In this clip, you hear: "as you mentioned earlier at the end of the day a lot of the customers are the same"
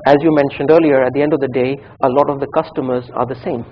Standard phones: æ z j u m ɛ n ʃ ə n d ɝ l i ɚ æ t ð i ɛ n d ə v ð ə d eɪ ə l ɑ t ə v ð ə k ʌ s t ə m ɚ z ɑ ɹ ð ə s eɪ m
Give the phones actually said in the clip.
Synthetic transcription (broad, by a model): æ z j u m ɛ n ʃ ə n d ɝ l i ɚ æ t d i ɛ n d ə v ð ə d eɪ ə l ɑ t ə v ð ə k ʌ s t ə m ɚ z ɑ ɹ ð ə s eɪ m